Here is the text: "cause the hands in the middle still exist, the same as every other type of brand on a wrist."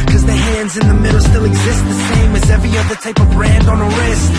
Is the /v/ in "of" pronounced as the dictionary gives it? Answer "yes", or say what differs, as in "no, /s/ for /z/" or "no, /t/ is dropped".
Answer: yes